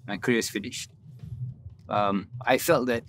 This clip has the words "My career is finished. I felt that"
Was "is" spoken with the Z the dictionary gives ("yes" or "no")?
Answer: no